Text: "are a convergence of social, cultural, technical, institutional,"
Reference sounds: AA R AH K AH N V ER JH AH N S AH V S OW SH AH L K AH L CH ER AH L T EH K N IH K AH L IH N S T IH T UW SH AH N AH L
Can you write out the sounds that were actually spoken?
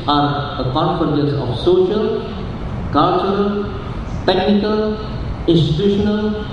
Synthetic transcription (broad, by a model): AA R AH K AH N F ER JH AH S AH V S OW SH AH L K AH L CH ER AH L T EH K N IH K AH L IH N S T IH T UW SH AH N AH L